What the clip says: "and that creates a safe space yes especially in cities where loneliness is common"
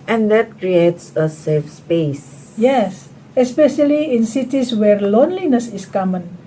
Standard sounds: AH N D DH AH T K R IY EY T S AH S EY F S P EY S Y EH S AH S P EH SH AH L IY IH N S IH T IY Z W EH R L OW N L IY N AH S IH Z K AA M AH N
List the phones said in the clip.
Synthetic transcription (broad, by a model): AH N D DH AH T K R IY EY T S AH S EY F S P EY S Y EH S AH S P EH SH AH L IY IH N S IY T IY S W EH R L OW N L IY N AH S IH S K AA M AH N